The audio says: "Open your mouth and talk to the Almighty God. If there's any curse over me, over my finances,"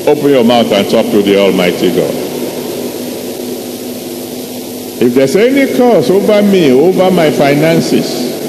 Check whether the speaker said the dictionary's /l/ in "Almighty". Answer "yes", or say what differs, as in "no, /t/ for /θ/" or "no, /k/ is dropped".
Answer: yes